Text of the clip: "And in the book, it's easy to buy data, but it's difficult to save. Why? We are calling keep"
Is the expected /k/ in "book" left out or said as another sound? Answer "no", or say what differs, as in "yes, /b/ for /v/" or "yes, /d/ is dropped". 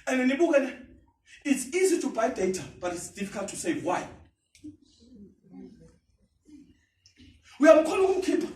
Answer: yes, /k/ is dropped